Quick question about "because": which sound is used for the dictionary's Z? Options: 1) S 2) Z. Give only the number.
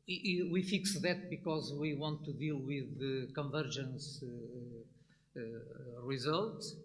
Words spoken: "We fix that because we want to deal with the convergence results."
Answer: 2